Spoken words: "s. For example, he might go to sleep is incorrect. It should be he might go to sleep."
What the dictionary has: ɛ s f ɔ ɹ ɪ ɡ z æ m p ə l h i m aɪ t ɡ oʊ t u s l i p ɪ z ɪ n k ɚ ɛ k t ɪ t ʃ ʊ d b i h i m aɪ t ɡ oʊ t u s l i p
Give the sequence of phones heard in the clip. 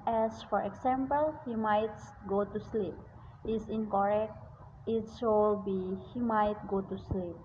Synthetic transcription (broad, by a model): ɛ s f ɔ ɹ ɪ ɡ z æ m p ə l h i m aɪ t ɡ oʊ t u s l i p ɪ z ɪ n k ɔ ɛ k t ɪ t s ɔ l b i h i m aɪ t ɡ oʊ t u s l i p